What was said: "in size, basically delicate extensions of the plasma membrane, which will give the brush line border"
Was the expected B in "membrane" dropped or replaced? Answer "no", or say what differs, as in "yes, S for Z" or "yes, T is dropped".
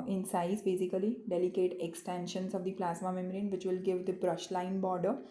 yes, B is dropped